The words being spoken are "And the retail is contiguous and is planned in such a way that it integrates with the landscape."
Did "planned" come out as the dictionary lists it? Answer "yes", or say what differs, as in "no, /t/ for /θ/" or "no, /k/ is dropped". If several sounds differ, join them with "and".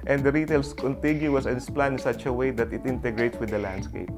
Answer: no, /d/ is dropped